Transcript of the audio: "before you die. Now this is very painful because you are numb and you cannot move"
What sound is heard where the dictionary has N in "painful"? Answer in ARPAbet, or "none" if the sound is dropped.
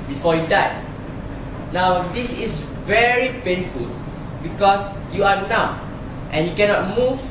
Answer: N